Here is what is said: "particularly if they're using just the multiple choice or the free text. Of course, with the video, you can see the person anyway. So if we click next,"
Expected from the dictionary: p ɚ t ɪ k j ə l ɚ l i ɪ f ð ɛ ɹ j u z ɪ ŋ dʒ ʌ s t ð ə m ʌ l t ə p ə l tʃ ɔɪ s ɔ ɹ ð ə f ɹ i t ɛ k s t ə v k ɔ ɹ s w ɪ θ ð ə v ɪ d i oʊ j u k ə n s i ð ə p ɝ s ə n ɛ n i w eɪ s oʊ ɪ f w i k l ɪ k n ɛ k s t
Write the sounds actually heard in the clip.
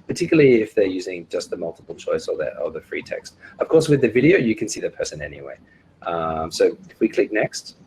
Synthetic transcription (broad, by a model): p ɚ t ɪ k j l l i ɪ f ð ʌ ɹ j u z ɪ ŋ dʒ ʌ s t ð ə m ʌ l t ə p l tʃ ɔɪ s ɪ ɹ ð ə f ɹ i t ɛ k s t ə v k ɔ ɹ s w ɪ ð ə v ɪ d i oʊ j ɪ k ə n s i ð ə p ɝ s ə n ɛ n i w eɪ s oʊ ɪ w i k l ɪ k n ɛ k s t